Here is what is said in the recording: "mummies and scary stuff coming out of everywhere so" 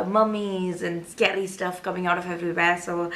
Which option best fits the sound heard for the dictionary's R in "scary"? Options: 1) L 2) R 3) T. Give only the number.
1